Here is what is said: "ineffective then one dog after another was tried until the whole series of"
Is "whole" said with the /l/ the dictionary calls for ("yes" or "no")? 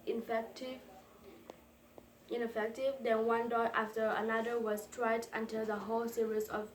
yes